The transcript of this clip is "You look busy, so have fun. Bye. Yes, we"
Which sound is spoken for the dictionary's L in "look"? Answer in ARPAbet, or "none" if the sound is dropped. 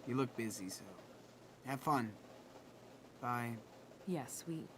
L